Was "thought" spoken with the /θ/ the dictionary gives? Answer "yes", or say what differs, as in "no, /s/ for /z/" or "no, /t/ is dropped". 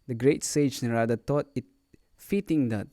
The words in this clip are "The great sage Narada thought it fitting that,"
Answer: no, /t/ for /θ/